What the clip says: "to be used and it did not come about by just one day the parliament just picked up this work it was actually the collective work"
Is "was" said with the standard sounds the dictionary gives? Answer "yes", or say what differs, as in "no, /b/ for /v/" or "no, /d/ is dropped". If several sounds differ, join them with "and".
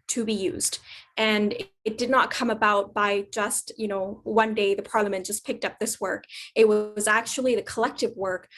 yes